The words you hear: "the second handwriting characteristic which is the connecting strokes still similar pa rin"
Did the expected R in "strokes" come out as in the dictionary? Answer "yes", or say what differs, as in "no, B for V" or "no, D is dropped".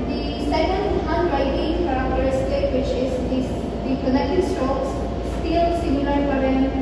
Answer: no, R is dropped